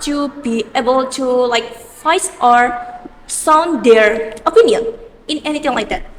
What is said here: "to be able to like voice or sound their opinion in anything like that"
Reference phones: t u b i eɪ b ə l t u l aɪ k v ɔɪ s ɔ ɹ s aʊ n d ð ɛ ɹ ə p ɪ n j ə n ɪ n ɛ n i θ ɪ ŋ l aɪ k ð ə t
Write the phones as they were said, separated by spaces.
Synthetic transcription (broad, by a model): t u b i eɪ b ə l t u l aɪ k f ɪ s ɔ ɹ s aʊ n d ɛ ɹ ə p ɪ n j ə n ɪ n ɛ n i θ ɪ ŋ l aɪ k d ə t